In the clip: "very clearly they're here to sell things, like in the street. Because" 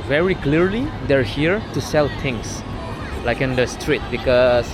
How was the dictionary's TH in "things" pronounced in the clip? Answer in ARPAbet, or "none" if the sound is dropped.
T